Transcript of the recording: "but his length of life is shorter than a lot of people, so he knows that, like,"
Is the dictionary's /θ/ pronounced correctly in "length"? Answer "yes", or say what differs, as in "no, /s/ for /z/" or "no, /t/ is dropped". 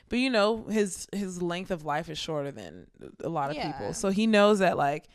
yes